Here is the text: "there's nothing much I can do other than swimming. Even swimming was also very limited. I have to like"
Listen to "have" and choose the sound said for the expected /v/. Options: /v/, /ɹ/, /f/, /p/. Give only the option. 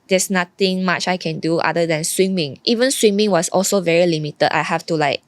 /f/